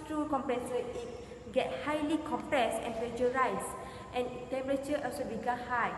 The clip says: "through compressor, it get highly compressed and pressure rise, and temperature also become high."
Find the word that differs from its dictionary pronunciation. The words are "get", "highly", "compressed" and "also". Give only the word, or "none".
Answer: none